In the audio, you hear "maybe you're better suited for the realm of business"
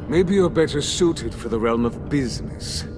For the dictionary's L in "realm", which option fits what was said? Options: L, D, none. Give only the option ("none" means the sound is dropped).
L